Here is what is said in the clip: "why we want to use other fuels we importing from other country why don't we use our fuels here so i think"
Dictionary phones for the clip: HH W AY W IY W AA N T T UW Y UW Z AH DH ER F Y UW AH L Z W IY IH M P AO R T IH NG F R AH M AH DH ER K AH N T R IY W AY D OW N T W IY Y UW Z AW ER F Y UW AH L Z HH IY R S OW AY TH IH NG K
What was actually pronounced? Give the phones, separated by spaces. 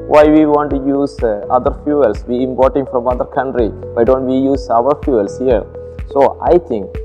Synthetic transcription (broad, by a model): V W AY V IY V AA N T T UW Y UW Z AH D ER F Y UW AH L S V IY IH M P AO R T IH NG F R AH M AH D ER K AH N T R IY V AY D OW N T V IY Y UW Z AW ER F Y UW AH L S HH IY R S OW AY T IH NG K